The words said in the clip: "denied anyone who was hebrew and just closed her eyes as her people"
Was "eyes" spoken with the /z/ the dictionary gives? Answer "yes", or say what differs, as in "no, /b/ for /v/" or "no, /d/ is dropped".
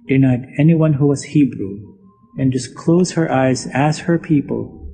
yes